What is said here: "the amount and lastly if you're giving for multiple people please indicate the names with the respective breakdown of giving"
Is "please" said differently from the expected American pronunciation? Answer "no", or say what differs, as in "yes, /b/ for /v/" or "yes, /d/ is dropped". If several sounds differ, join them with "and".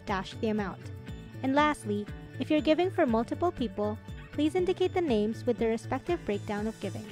no